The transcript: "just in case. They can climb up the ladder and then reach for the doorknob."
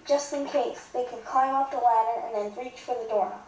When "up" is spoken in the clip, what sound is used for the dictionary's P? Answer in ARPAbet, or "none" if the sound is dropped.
F